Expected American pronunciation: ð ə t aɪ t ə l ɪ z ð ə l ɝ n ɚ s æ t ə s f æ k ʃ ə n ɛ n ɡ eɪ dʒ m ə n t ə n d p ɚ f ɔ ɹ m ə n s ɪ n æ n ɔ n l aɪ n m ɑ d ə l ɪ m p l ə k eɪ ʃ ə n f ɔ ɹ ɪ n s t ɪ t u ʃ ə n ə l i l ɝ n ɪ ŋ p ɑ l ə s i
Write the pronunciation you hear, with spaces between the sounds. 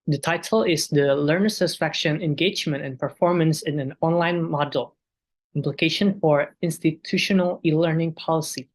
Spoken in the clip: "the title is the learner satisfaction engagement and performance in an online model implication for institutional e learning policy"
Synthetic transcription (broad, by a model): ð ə t aɪ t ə l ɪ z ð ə l ɝ n ɚ s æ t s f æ k ʃ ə n ɛ n ɡ eɪ dʒ m ə n t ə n p ɚ f ɔ ɹ m ə n s ɪ n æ n ɔ n l aɪ n m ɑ d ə l ɪ m p l ə k eɪ ʃ ə n f ɔ ɹ ɪ n s t ɪ t u ʃ ə n ə l i l ɝ n ɪ ŋ p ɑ l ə s i